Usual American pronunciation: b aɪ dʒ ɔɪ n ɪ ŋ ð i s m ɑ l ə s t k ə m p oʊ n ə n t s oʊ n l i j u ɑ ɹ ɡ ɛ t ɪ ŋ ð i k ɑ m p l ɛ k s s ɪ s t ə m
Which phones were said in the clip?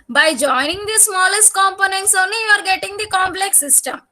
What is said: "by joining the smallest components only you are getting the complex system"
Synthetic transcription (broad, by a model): b aɪ dʒ ɔɪ n ɪ ŋ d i s m ɑ l ə s t k ə m p oʊ n ə n t s oʊ n l i j u ɑ ɹ ɡ ɛ t ɪ ŋ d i k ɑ m p l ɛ k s s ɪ s t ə m